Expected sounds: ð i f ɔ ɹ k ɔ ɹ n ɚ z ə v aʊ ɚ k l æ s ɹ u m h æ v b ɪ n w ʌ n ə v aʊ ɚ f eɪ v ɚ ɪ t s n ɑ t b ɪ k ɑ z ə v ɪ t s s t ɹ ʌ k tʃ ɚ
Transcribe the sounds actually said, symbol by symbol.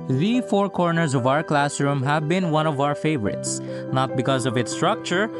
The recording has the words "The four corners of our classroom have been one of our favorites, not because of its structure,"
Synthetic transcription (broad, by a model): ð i f ɔ ɹ k ɔ ɹ n ɚ z ə v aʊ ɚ k l æ s ɹ u m h æ v b ɪ n w ʌ n ə v aʊ ɚ f eɪ v ɚ ɪ t s n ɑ t b ɪ k ɑ z ə v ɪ t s s t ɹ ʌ k tʃ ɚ